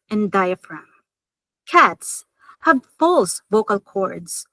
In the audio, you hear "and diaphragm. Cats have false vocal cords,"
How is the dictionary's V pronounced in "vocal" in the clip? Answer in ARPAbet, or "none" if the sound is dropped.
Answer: V